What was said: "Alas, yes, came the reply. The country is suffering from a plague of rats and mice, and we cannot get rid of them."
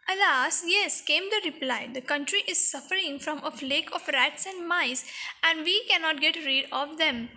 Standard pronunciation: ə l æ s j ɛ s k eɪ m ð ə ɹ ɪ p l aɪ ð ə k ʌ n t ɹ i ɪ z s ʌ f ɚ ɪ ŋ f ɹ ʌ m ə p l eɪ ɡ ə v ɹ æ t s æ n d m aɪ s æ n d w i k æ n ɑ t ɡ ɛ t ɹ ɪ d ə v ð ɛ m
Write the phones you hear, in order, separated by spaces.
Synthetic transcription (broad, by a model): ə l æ s j ɛ s k eɪ m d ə ɹ ɪ p l aɪ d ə k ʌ n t ɹ i ɪ z s ʌ f ɚ ɪ ŋ f ɹ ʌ m ə f l eɪ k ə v ɹ æ t s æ n d m aɪ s æ n d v i k æ n ɑ t ɡ ɛ t ɹ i d ə v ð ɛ m